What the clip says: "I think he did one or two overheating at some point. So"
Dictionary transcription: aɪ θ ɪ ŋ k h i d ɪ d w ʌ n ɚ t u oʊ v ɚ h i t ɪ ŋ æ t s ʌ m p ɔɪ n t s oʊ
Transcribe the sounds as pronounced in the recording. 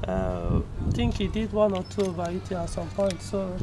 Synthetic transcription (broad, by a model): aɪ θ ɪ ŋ k h i d ɪ d w ʌ n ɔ t u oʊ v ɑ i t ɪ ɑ t s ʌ m p ɔɪ n t s oʊ